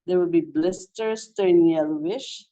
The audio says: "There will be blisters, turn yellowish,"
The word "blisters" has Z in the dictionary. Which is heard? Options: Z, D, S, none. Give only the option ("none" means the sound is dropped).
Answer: S